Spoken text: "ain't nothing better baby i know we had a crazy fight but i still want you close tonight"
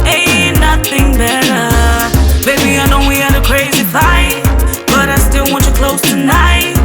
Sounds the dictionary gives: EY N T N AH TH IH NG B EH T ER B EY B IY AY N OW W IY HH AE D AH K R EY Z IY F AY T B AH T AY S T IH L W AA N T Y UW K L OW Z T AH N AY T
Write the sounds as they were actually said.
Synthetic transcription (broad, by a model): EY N N AH TH IH NG B EH T ER B EY B IY AY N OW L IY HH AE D AH K R EY Z IY F AY T B AH T AY S T IH L W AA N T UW K L OW Z T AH N AY T